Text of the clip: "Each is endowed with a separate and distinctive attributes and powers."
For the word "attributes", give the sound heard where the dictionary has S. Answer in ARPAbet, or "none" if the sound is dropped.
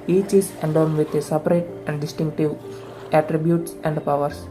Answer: S